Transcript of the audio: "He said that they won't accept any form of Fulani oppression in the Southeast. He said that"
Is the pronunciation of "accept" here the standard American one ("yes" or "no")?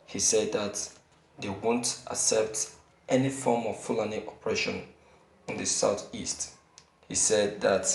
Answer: no